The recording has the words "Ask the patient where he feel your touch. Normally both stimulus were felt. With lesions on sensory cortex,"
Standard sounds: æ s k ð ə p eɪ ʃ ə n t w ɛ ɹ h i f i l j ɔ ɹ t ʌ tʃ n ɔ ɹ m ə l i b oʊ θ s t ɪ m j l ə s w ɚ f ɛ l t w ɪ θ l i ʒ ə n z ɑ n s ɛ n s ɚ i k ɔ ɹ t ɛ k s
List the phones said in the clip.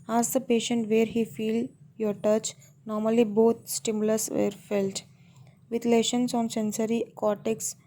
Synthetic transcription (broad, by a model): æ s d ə p eɪ ʃ ə n t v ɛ ɹ h i f i l j ɔ ɹ t ʌ tʃ n ɔ ɹ m ə l i b oʊ t s t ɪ m j l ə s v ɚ f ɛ l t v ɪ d l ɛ ʃ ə n s ɑ n s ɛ n s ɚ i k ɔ t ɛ k s